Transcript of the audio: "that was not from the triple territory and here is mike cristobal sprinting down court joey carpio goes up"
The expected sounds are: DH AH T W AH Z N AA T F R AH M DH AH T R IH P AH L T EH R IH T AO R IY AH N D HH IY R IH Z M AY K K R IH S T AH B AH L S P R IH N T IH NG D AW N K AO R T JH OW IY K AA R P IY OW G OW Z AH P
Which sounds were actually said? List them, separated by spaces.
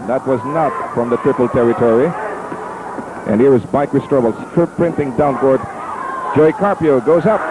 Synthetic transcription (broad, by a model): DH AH T W AH Z N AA T F R AH M DH AH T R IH P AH L T EH R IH T AO R IY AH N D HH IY R IH Z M AY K K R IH S T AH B L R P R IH N T IH NG D AW N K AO R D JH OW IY K AA R P IY OW G OW Z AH P